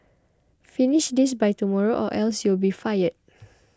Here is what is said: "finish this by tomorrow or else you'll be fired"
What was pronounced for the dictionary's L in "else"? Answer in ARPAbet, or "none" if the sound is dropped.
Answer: L